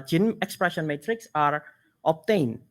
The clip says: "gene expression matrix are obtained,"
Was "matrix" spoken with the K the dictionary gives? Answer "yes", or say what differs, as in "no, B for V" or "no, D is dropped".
yes